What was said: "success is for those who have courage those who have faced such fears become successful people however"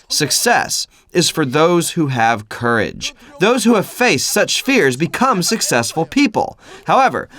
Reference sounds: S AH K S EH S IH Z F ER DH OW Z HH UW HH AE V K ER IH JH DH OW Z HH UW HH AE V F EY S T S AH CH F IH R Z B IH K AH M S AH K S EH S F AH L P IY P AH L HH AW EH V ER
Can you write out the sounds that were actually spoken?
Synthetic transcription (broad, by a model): S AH K S EH S IH Z F ER DH OW Z HH UW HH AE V K ER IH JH DH OW Z HH UW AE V F EY S T S AH CH F IH R Z B IH K AH M S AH K S EH S F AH L P IY P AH L HH AW EH V ER